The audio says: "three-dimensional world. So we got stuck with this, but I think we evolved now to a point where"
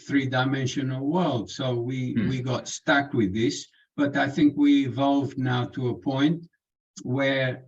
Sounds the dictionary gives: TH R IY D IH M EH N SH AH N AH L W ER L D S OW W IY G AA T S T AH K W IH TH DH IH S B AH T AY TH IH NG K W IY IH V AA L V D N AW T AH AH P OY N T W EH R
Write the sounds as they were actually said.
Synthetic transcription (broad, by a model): TH R IY D IH M EH N SH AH N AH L W ER L D S OW W IY G AA T S T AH K W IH DH IH S B AH T AY TH IH NG K W IY IH V AA L V D N AW T AH AH P OY N T W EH R